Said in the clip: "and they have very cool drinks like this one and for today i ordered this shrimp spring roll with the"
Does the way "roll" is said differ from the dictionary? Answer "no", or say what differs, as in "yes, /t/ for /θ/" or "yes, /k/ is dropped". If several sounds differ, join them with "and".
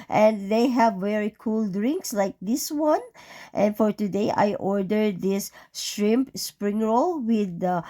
no